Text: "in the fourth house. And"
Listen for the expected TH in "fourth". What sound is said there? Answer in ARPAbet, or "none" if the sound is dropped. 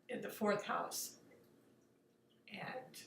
TH